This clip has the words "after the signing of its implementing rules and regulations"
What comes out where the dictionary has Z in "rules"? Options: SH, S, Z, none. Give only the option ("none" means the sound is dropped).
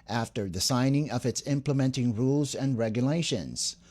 Z